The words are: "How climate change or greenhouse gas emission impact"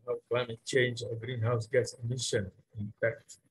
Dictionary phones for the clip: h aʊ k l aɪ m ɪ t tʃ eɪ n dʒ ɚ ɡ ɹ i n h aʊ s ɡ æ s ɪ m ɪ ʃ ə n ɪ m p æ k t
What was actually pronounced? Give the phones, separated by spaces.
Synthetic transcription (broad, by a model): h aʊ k l aɪ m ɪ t tʃ eɪ n dʒ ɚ ɡ ɹ i n h aʊ s ɡ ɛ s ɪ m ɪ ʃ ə n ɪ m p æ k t